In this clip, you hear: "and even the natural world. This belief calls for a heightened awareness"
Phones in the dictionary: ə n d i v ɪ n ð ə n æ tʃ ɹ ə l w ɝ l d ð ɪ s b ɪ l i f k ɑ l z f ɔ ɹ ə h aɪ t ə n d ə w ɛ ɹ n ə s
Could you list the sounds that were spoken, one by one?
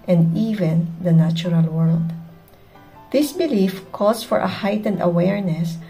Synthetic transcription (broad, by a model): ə n d i v ɪ n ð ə n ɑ tʃ ɹ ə l w ɝ l d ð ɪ s b ɪ l i f k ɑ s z f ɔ ɹ ə h aɪ t ə n d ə w ɛ ɹ n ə s